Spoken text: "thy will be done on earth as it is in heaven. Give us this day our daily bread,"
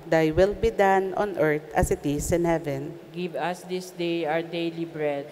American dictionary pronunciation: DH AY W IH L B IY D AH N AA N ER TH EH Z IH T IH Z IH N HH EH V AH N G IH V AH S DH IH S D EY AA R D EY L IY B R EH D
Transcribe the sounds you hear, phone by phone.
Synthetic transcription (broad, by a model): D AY W IH L B IY D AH N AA N ER T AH S IH T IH S IH N HH EH V AH N G IH V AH S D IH S D EY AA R D EY L IY B R EH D